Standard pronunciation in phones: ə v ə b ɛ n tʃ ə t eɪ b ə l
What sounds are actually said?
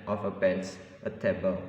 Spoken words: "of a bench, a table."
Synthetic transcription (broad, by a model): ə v ə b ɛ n s ə t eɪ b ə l